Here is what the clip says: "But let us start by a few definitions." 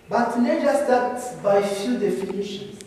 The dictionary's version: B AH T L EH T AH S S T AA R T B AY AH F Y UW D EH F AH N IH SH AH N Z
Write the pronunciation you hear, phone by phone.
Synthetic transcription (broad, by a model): B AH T N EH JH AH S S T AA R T B AY F Y UW D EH F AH N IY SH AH N